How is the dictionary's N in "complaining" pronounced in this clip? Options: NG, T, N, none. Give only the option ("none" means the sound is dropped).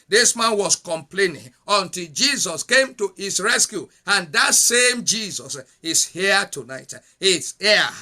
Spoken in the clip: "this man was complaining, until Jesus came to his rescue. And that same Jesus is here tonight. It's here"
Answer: N